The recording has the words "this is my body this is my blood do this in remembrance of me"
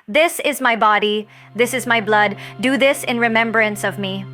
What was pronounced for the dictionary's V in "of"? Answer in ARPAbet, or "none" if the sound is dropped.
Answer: V